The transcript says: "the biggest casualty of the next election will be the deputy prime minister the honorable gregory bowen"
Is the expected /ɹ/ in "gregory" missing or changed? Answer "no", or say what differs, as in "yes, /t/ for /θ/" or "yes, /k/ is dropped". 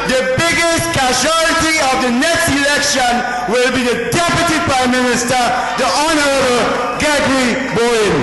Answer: yes, /ɹ/ is dropped